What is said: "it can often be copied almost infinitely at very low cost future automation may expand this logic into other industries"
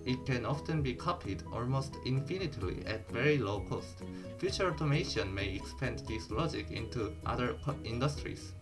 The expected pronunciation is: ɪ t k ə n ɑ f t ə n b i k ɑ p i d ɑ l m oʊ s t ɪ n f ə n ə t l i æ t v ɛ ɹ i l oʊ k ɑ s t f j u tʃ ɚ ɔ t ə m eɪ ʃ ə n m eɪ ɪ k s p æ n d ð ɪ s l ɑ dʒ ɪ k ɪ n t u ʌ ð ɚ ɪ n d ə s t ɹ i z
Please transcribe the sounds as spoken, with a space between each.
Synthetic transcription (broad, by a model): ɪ t k ə n ɑ f t ə n b i k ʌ p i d ɑ l m oʊ s t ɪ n f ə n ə t l i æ t v ɛ ɹ i l oʊ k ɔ s t f j u tʃ ɚ ɔ t ə m eɪ ʃ ə n m eɪ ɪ k s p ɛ n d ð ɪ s l ɑ dʒ ɪ k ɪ n t u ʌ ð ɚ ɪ n d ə s t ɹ i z